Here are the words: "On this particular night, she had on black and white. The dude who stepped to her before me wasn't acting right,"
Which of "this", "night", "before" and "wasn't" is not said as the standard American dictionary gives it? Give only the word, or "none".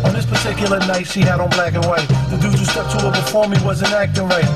wasn't